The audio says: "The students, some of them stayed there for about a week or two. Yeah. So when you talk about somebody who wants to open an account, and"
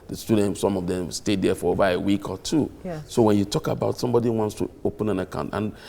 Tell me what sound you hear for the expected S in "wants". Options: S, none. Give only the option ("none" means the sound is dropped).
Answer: S